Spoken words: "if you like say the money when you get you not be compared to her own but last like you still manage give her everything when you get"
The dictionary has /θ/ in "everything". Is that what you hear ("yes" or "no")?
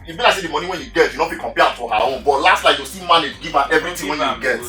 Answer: no